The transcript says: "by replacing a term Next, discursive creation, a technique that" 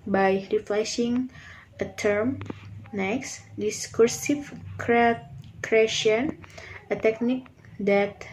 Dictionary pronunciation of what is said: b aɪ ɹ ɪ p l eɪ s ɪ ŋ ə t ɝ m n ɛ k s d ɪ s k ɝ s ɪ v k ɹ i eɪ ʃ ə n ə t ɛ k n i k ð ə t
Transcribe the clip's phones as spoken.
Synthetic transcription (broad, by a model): b aɪ ɹ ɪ f l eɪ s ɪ ŋ ə t ɝ m n ɛ k s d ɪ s k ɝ s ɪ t k ɹ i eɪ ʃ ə n ə t ɛ k n i k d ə t